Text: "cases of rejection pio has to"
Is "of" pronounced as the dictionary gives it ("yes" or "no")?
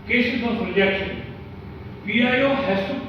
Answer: no